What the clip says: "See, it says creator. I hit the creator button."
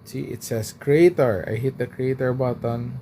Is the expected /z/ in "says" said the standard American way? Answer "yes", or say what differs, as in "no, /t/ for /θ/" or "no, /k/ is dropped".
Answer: no, /s/ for /z/